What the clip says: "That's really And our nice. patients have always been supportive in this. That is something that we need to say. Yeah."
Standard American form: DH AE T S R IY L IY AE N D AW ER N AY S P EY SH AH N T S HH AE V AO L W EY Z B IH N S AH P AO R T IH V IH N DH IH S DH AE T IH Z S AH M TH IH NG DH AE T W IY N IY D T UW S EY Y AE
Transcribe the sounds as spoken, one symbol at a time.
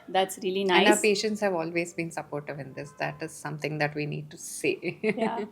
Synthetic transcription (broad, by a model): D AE T S R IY L IY N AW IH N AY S P EY SH AH N T S HH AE V AO L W EY Z B IH N S AH P AO R T IH V IH N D IH S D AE T IH Z S AH M T IH NG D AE T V IY N IY D T UW S EY Y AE